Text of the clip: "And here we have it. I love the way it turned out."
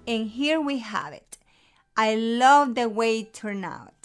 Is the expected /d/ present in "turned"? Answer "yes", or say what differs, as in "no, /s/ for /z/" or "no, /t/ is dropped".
no, /d/ is dropped